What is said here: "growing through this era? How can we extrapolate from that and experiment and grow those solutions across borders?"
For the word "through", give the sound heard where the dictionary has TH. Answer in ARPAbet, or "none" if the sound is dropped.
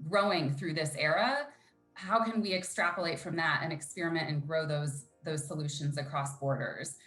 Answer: TH